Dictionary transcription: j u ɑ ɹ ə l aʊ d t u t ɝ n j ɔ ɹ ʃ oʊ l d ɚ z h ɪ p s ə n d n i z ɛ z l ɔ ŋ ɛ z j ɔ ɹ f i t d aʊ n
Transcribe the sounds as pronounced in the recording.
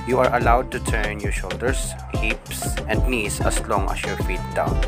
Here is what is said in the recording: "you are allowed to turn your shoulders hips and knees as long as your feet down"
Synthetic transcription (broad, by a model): j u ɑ ɹ ə l aʊ d t u t ɝ n j ɔ ɹ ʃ oʊ l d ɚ s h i p s ə n d n i s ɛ s l ɔ ŋ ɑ s j ɔ ɹ f i t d aʊ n